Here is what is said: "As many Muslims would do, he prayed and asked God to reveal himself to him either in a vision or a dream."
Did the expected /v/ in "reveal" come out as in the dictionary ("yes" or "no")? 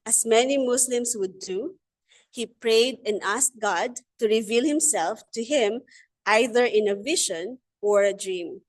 yes